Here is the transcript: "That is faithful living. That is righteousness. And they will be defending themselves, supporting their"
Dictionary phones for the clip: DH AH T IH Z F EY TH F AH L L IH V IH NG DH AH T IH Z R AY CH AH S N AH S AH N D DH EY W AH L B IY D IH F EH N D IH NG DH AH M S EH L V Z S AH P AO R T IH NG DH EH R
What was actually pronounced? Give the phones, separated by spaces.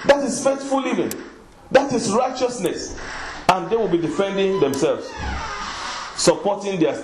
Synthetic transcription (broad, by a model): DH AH T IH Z F EY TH F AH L L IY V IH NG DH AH T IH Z R AY CH AH S N AH S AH N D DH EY W AH L B IY D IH F EH N D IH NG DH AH M S EH L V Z S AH P AO T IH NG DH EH